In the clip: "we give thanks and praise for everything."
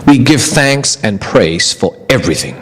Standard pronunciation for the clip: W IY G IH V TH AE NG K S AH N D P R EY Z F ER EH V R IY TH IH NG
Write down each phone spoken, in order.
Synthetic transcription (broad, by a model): W IY G IH V TH AE NG K S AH N P R EY Z F ER EH V R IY TH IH NG